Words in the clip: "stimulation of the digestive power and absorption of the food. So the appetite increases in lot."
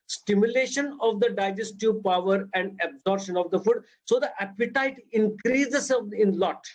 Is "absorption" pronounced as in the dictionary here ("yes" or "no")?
no